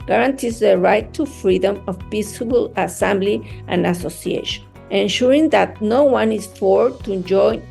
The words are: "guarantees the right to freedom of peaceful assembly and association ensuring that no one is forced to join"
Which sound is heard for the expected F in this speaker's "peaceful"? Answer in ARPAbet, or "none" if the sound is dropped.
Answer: none